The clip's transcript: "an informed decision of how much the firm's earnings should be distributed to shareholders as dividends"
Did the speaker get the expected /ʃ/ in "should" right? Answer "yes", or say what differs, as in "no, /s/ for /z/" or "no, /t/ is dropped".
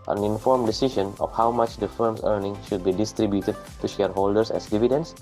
yes